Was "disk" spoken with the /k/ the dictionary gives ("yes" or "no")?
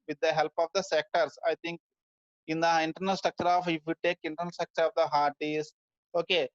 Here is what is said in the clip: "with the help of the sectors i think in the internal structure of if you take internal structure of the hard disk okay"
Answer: no